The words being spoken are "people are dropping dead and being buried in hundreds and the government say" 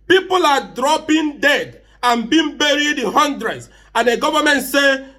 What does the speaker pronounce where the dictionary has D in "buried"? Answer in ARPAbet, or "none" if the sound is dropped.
D